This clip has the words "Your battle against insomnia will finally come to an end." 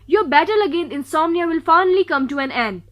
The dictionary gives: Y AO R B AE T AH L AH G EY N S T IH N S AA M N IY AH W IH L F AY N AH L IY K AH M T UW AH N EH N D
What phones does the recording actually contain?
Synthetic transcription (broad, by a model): Y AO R B AE T AH L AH G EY N T IH N S AA M N IY AH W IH L F AY N AH L IY K AH M T UW AH N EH N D